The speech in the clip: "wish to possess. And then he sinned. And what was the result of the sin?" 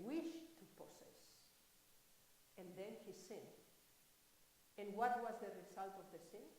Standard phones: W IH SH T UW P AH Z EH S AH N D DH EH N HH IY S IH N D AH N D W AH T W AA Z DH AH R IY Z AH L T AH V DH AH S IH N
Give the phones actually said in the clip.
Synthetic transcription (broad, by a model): W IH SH T UW P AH S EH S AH N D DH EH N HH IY S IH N AH N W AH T W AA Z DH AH R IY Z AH L T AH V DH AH S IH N